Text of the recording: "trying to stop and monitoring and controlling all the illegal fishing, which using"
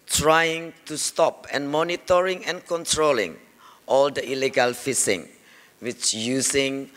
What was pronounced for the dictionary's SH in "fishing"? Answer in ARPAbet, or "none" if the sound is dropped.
S